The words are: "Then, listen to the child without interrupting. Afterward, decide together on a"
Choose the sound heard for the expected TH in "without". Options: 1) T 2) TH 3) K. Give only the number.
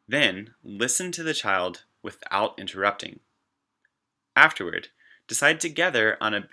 2